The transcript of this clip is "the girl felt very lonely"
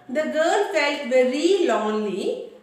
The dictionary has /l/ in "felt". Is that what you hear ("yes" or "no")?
yes